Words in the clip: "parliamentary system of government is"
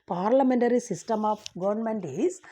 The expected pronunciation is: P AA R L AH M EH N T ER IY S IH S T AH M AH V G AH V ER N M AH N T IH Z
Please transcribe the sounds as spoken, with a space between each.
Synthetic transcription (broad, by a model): P AA R L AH M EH N T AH IY S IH S T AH M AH P G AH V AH N M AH N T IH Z